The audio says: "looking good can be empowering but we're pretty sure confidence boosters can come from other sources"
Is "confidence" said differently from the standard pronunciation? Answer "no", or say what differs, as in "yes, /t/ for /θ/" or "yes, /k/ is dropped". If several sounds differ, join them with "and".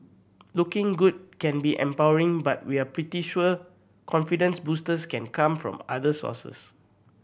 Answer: no